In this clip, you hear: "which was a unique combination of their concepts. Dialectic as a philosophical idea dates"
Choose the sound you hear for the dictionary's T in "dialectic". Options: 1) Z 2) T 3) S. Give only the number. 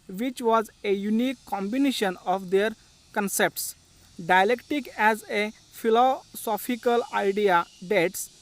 2